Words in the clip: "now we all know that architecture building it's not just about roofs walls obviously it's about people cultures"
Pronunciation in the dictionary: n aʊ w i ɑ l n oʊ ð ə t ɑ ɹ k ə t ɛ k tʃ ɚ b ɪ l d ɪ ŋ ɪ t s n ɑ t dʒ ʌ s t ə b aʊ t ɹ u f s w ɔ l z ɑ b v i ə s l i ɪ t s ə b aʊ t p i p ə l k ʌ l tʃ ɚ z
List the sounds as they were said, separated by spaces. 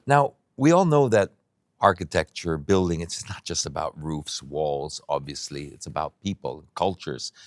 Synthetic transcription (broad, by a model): n aʊ w i ɑ l n oʊ ð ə t ɑ ɹ k ə t ɛ k tʃ ɚ b ɪ l d ɪ ŋ ɪ t s n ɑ t dʒ ʌ s t ə b aʊ t ɹ u f s w ɔ l z ɑ b v i ə s l i ɪ t s ə b aʊ t p i p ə l k ʌ l tʃ ɚ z